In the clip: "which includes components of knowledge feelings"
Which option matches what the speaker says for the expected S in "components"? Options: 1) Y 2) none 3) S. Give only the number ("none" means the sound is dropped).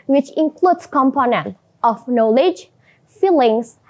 2